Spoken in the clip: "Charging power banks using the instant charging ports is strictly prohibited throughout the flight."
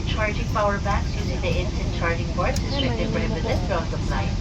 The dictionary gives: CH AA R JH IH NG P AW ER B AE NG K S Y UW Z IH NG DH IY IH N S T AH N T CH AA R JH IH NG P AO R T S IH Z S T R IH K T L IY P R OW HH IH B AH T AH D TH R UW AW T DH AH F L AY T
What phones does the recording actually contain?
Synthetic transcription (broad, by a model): CH AA R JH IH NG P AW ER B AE K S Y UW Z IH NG DH IY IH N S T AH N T CH AA R JH IH NG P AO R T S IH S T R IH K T IY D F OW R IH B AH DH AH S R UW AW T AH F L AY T